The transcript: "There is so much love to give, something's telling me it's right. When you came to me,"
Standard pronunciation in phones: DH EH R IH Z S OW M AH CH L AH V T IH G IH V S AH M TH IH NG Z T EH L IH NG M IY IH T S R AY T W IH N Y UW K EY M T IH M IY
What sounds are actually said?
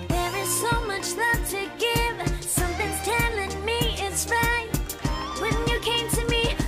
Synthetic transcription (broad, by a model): DH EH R IH Z S OW M AH CH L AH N T IH G IH V S AH M TH IH NG Z T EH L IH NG M IY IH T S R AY W IH N Y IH K EY M T IH M IY